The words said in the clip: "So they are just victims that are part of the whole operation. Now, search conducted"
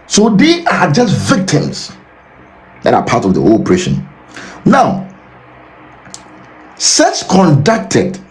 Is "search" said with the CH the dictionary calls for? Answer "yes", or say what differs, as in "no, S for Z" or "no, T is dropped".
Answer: no, S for CH